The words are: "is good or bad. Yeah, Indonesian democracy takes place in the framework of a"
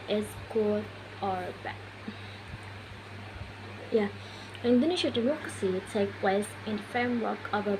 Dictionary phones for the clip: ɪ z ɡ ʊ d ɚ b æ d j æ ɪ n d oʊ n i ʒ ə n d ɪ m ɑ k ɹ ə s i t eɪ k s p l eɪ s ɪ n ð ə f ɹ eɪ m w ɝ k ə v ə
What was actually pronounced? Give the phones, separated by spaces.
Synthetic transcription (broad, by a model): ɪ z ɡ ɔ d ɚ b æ j æ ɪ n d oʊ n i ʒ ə d ɪ m ɑ k ɹ ə s i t eɪ k p l eɪ s ɪ n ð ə f ɹ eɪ m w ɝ k ə v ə